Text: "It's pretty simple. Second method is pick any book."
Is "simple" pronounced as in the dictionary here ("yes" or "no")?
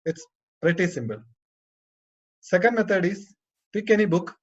no